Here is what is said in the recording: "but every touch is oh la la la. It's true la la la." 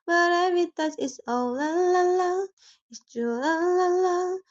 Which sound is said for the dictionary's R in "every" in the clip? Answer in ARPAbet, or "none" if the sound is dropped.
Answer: none